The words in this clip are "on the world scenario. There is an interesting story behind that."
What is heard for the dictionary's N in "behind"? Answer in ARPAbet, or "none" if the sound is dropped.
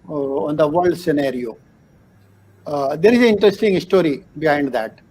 N